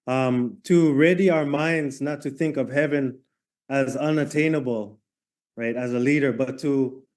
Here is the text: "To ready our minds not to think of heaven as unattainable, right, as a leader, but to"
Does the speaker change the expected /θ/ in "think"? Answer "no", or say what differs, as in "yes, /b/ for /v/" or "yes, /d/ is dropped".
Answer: no